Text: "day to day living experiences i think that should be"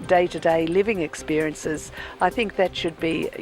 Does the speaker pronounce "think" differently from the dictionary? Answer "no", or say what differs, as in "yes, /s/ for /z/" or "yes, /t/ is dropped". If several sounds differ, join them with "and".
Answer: no